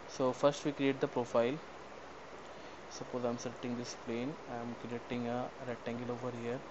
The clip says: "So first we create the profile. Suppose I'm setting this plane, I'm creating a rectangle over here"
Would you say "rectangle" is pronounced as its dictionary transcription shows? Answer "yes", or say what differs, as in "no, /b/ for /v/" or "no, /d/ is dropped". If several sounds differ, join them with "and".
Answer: no, /k/ is dropped